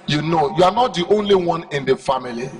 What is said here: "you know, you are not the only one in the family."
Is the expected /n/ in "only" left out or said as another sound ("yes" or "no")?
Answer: no